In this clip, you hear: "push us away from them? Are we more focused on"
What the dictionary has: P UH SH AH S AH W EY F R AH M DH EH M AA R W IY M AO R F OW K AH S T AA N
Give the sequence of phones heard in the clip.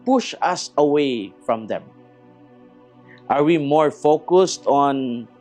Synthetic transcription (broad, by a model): P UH SH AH S AH W EY F R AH M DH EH M AA R W IY M AO R F OW K AH S T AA N